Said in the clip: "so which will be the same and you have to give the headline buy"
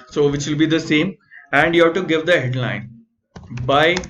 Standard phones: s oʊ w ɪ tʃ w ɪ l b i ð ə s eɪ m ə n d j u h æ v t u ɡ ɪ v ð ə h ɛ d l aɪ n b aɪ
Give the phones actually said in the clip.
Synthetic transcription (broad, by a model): s oʊ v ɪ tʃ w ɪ l b i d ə s eɪ m ə n d j u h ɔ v t u ɡ ɪ v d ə h ɛ d l aɪ n b aɪ